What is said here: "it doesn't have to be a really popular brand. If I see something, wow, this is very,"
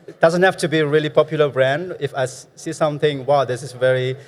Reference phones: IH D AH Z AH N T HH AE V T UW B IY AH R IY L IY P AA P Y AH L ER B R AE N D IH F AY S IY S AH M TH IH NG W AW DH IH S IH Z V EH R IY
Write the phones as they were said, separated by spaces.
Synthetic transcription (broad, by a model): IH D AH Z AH N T HH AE F T UW B IY AH R IY L IY P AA P Y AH L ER B R AE N D IH F AY S IY S AH M TH IH NG W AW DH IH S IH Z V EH R IY